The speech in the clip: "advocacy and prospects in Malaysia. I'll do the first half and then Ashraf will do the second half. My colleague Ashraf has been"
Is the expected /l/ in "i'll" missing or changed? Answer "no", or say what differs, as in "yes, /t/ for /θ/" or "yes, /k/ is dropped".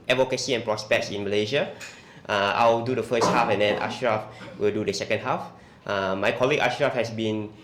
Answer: yes, /w/ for /l/